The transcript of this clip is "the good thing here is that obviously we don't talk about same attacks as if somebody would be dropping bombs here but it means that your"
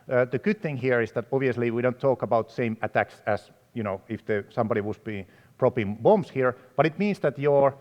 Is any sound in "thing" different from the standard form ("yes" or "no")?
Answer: no